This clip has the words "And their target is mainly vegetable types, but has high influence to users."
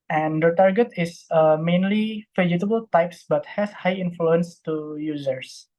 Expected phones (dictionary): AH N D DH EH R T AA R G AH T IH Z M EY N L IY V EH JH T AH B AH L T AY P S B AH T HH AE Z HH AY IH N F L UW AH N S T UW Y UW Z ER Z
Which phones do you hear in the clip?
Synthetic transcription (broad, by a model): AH N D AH T AA R G AH T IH S M EY N L IY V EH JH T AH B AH L T AY P S B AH T HH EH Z HH AY IH N F L UW AH N S T UW Y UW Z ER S